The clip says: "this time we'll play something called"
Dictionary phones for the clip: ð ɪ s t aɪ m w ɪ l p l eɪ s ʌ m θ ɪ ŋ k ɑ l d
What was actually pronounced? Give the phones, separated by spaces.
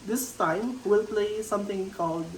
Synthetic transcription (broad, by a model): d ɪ s t aɪ m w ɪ l p l eɪ s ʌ m t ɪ ŋ k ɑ l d